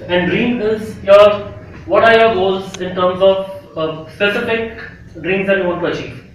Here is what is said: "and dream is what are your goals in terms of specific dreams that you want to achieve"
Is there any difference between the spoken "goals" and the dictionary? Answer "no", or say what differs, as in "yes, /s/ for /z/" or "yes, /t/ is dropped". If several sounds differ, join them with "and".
yes, /l/ is dropped